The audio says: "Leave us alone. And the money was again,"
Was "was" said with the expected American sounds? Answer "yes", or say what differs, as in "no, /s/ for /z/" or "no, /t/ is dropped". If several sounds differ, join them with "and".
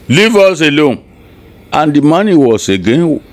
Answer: no, /s/ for /z/